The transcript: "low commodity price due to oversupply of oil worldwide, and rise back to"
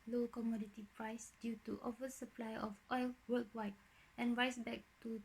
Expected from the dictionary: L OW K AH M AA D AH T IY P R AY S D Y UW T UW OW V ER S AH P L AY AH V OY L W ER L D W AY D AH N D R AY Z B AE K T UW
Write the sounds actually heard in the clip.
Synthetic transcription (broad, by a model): L OW K AH M AA D AH T IY P R AY S D Y UW T UW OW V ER S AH P L AY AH F OY L W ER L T W AY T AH N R AY S B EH K T UW